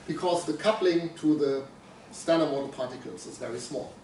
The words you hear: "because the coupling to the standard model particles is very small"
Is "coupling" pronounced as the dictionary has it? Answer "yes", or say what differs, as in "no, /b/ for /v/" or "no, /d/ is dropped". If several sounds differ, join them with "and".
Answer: yes